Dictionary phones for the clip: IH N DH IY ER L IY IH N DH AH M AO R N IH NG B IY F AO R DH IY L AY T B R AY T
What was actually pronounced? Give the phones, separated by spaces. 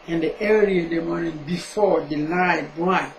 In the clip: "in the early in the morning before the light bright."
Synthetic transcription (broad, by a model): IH N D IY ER IY IH N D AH M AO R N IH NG B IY F AO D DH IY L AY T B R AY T